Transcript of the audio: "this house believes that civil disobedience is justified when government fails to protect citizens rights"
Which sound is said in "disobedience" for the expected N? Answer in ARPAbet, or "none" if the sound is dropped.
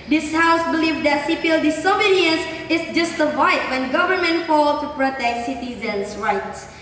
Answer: none